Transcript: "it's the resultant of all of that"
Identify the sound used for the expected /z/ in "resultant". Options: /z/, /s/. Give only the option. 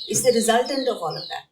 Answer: /z/